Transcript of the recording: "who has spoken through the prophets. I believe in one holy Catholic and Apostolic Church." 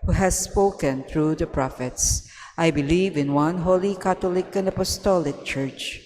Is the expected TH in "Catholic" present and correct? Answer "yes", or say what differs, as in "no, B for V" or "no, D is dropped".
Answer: no, T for TH